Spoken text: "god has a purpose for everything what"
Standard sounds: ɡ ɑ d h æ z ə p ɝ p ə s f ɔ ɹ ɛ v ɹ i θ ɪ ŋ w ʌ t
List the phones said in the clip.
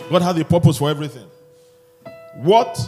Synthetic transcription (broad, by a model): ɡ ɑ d h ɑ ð ə p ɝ p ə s f ɔ ɹ ɛ v ɹ i θ ɪ ŋ w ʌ t